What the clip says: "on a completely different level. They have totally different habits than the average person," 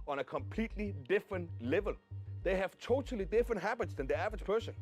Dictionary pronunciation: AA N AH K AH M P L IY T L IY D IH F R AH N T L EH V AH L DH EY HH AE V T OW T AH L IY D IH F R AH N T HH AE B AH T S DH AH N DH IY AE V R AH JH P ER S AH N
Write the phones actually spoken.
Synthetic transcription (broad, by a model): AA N AH K AH M P L IY T L IY D IH F R AH N T L EH V AH L DH EY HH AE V T OW T AH L IY D IH F R AH N T HH AE B AH T S DH AH N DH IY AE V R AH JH P ER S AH N